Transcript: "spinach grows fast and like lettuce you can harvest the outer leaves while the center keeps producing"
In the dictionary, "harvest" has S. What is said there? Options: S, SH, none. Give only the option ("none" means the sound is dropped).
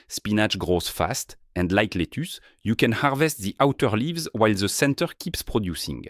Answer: S